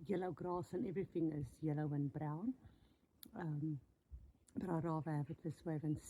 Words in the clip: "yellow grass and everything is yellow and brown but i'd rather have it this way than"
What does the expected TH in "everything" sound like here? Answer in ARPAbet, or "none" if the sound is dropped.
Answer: TH